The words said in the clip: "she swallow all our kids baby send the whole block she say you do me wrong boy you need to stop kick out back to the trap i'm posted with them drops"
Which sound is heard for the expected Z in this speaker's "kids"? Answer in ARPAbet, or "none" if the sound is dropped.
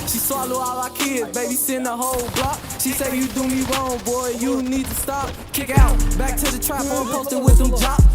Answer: none